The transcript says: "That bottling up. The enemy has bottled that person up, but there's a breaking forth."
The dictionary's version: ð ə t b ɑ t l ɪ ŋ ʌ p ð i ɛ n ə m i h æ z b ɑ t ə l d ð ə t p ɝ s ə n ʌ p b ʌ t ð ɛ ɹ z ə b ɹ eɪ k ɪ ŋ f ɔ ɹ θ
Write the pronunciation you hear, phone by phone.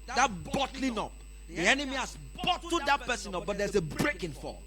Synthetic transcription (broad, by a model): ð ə t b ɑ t l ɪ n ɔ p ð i ɛ n ə m i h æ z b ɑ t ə d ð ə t p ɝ s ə n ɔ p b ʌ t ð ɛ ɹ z ə b ɹ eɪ k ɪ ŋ f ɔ